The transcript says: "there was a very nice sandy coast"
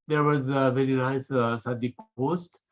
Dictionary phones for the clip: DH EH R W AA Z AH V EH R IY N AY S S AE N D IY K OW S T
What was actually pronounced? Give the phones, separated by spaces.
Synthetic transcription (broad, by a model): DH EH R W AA Z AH V EH R IY N AY S S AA D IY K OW S T